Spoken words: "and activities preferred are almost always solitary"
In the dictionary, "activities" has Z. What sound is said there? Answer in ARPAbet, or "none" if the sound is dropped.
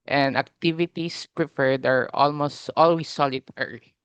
S